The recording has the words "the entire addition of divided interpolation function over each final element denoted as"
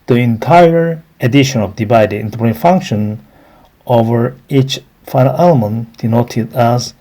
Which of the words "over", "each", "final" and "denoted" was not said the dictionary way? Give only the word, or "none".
none